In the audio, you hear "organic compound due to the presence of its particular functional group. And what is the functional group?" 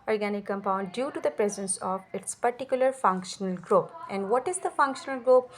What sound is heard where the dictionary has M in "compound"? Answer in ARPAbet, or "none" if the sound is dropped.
M